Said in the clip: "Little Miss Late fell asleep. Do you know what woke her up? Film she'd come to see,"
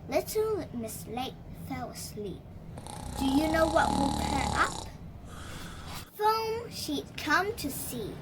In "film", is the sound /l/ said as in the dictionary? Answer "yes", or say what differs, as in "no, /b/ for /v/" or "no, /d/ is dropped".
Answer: no, /l/ is dropped